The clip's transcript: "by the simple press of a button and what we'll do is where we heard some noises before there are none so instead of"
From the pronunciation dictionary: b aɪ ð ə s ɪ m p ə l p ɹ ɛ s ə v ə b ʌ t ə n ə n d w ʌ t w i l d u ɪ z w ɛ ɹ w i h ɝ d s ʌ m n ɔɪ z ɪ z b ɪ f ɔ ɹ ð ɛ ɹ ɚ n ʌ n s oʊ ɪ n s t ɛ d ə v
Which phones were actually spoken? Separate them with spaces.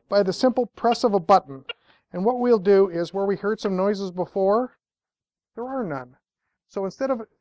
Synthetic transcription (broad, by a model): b aɪ ð ə s ɪ m p l p ɹ ɛ s ə v ə b ʌ t n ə n w ʌ t w i l d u ɪ z w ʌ ɹ w i h ɝ d s ʌ m n ɔɪ z ɪ z b ɪ f ɔ ɹ ð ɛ ɹ ɚ n ʌ n s oʊ ɪ n s t ɛ d ə v